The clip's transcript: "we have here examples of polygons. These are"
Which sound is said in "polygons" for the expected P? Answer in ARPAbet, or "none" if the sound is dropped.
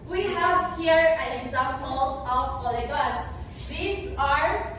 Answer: F